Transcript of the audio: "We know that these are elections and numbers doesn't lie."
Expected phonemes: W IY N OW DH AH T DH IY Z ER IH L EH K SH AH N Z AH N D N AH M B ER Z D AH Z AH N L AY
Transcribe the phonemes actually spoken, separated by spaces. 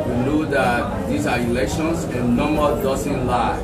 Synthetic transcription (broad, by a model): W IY N OW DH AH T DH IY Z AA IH L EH K SH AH N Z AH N N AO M ER D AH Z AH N L AY